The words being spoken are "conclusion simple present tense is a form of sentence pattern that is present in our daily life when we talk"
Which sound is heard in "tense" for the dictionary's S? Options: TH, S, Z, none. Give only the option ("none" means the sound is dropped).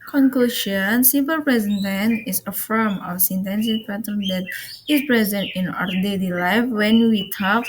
none